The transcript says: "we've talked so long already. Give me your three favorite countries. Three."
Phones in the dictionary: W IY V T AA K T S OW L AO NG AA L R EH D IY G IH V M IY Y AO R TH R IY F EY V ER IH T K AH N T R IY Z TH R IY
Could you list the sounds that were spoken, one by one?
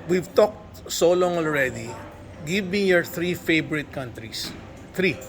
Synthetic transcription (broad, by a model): W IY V T AA K T S OW L AO NG AA L R EH D IY G IH V M IY Y AO R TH R IY F EY B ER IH T K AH N T R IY S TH R IY